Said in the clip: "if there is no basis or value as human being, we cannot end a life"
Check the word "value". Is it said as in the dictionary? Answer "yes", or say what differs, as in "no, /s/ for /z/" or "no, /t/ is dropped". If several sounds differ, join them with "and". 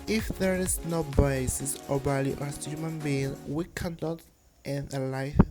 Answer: no, /b/ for /v/